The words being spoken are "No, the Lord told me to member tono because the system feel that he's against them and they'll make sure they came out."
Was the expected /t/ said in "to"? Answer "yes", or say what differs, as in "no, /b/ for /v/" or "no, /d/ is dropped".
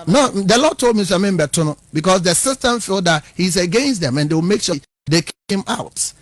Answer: no, /s/ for /t/